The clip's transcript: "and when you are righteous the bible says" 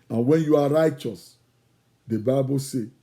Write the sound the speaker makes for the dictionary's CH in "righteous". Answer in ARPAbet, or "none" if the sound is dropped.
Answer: CH